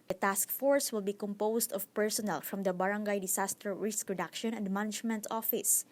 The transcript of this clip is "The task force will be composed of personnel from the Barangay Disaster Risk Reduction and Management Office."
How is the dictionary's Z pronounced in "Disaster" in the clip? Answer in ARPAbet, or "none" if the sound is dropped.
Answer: S